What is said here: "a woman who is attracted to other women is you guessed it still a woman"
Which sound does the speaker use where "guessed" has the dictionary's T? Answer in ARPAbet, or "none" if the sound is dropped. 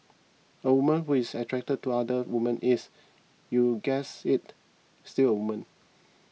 none